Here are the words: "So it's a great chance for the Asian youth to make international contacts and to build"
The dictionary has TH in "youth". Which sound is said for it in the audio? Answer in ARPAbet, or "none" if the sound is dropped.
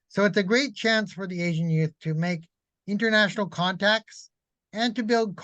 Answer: TH